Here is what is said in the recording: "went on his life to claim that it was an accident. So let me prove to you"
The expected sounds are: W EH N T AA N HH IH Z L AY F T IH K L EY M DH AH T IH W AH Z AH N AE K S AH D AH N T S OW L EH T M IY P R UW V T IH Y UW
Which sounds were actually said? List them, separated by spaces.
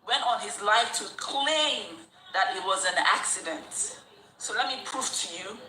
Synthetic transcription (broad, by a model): W EH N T N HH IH Z L AY F T IH K L EY M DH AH T IH W AH Z AH N AE K S AH D AH N T S OW L EH T M IY P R UW F T IH Y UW